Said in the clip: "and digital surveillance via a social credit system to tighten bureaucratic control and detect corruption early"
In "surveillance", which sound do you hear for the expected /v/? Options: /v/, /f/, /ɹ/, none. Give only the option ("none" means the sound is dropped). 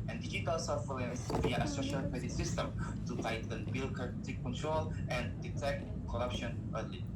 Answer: /f/